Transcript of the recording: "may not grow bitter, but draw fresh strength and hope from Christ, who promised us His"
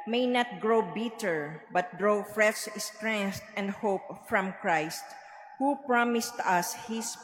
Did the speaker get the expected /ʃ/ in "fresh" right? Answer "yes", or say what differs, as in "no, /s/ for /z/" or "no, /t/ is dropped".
no, /s/ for /ʃ/